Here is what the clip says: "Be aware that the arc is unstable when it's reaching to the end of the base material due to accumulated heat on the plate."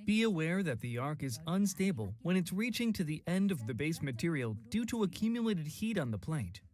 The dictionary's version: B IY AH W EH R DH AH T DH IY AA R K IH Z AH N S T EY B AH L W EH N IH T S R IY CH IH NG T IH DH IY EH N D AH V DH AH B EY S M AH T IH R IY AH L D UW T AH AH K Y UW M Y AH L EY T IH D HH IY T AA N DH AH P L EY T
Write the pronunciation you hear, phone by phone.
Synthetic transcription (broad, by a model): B IY AH W EH R DH AH T DH IY AA R K IH Z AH N S T EY B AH L W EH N IH T S R IY CH IH NG T IH DH IY EH N D AH V DH AH B EY S M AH T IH R IY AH L D UW T AH AH K Y UW M Y AH L EY T IH D HH IY T N DH AH P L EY T